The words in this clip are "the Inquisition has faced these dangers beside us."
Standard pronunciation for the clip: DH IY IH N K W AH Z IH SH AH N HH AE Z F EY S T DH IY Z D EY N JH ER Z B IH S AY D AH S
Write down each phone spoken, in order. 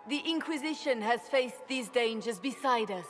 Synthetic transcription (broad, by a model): DH IY IH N K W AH Z IH SH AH N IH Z F EY S DH IY Z D EY N JH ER Z B IH S AY D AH S